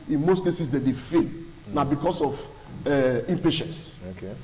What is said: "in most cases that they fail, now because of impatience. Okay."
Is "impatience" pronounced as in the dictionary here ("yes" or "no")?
yes